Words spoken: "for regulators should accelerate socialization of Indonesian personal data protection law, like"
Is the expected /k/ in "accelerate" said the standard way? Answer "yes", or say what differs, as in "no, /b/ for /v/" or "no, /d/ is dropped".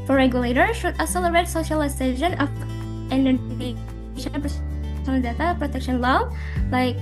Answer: no, /k/ is dropped